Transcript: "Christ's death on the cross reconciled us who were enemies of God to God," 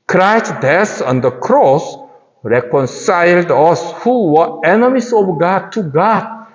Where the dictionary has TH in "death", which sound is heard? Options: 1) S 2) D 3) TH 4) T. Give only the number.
1